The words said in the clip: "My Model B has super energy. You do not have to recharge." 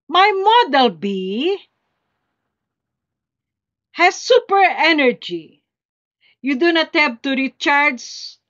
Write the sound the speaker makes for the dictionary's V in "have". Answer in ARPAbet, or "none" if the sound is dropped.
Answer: P